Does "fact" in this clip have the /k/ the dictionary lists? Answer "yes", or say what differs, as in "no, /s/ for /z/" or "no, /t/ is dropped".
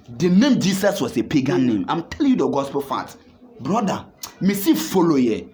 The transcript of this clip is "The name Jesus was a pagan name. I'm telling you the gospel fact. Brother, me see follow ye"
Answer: no, /k/ is dropped